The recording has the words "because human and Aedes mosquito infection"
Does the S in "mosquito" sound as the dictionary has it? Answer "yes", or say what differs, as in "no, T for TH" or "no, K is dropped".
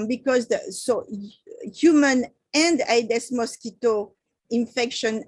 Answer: yes